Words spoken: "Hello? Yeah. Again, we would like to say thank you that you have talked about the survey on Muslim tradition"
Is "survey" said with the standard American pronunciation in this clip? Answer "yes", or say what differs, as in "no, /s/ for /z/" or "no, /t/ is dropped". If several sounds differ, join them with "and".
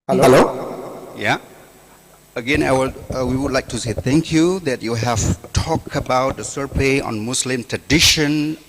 no, /p/ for /v/